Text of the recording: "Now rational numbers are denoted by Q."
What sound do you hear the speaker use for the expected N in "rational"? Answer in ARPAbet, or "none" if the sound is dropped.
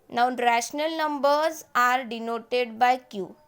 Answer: N